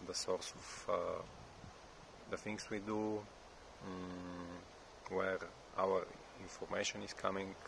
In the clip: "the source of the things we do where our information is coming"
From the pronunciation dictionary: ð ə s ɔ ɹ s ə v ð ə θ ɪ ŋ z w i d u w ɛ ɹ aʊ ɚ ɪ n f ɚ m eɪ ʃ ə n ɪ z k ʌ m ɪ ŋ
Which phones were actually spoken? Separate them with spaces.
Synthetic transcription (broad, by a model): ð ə s ɔ ɹ s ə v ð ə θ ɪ ŋ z w i d u w ɛ ɹ aʊ ɚ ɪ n f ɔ m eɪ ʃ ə n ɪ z k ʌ m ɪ ŋ